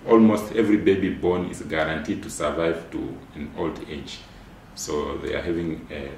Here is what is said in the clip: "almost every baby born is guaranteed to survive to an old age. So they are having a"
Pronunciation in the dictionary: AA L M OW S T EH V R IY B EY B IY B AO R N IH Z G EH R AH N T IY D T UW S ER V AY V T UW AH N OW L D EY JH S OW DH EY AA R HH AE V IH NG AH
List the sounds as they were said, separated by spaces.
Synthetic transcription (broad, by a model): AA L M OW S T EH V R IY B EY B IY B AO R N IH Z G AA R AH N T IY D T UW S ER V AY V T UW AH N OW L D EY JH S OW DH EY AA R HH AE V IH NG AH